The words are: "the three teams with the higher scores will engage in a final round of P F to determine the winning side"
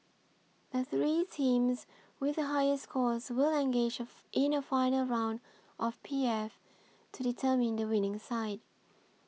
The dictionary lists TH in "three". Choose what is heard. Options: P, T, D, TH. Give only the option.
TH